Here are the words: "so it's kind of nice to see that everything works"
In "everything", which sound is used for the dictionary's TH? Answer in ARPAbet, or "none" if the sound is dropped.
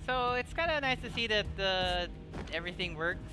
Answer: TH